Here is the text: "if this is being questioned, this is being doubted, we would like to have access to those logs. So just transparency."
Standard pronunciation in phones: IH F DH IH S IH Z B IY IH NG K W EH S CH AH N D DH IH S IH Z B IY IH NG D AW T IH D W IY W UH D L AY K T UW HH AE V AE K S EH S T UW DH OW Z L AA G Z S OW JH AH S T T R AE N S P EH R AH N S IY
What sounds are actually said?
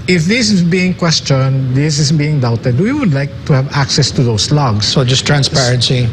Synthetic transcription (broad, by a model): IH F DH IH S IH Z B IY IH NG K W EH S CH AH N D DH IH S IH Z B IY IH NG D AW T IH D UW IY W UH D L AY K T UW HH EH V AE K S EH S T UW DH OW S L AA G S S OW JH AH S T T R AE N S P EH R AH N S IY